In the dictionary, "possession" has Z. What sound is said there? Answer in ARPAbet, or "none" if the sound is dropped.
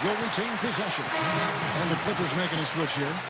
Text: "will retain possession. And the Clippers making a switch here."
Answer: Z